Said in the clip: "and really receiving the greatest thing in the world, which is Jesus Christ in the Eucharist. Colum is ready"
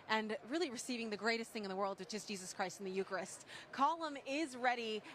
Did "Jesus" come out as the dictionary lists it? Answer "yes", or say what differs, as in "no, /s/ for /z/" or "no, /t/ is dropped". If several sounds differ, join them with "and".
yes